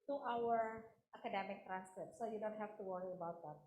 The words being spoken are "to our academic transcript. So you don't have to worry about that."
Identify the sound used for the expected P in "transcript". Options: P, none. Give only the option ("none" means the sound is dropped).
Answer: none